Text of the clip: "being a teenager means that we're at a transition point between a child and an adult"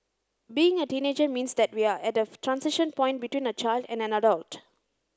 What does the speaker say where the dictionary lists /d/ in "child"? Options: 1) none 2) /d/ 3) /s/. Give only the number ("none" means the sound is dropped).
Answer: 2